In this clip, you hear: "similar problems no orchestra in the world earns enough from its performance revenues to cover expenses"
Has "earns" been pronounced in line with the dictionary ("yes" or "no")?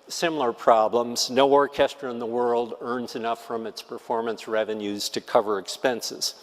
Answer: yes